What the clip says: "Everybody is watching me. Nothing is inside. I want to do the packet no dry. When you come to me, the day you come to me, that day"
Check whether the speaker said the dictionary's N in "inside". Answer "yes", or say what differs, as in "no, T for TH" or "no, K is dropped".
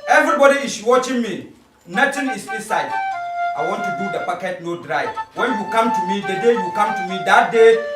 no, N is dropped